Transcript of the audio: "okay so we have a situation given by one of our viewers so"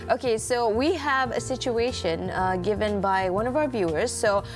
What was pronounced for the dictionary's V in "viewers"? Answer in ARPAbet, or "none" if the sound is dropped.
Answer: V